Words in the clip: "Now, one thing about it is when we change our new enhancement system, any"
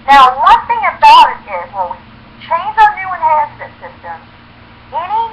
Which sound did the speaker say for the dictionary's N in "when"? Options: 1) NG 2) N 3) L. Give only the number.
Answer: 3